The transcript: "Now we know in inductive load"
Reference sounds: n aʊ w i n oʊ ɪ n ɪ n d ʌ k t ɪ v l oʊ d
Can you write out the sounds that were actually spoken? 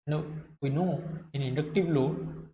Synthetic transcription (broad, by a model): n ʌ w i n oʊ ɪ n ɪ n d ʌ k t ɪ w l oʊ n